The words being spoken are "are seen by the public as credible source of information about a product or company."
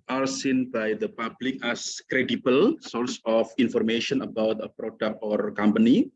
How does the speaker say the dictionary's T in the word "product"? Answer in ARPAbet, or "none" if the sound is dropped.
none